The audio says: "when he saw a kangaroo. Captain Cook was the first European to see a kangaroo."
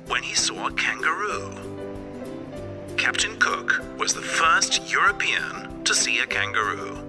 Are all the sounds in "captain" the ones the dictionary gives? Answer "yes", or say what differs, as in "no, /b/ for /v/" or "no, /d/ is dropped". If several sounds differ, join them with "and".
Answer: yes